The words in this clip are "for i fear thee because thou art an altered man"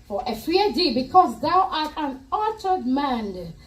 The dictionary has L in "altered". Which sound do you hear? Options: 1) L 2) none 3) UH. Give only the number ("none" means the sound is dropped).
2